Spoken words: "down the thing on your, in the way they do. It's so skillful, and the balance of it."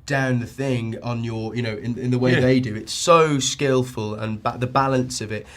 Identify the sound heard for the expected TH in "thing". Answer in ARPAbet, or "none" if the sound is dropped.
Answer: TH